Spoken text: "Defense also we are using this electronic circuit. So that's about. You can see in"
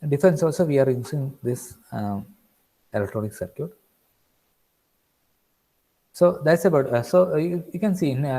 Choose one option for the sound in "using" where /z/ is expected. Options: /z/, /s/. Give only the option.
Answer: /s/